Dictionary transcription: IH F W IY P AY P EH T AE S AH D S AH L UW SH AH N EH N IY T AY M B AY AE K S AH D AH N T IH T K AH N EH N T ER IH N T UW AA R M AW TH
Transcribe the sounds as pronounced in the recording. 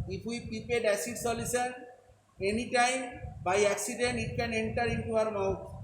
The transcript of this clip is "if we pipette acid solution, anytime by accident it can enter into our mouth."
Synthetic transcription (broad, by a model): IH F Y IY P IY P EH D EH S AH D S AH L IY S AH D EH N IY T AY M B AY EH K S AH D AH N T IH T K AH N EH N T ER IH N T UW AA R M AW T